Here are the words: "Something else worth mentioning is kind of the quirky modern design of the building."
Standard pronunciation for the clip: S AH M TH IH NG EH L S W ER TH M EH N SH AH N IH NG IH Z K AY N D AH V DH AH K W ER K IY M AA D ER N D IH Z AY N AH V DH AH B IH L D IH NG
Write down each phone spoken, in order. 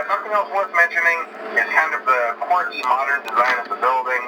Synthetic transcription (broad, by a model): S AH M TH IH NG EH L S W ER S M EH N SH AH N IH NG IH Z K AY N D AH V DH AH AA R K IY M AA D ER N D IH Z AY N AH V DH AH B IH L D IH NG